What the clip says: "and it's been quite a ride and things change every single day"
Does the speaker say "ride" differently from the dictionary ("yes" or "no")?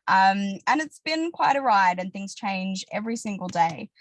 no